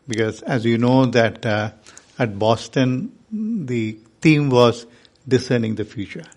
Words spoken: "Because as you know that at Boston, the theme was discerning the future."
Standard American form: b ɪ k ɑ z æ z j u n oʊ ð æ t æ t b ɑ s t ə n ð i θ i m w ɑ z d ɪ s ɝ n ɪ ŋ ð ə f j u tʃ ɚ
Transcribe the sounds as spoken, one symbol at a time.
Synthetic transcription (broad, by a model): b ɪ k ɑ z æ z j u n oʊ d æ t æ t b ɑ s t ə n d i t i m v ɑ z d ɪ s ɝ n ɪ ŋ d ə f j u tʃ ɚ